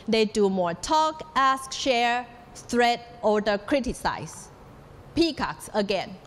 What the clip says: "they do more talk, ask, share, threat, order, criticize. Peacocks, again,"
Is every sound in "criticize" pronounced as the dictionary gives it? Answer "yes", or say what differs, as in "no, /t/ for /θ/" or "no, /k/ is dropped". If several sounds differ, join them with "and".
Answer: no, /s/ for /z/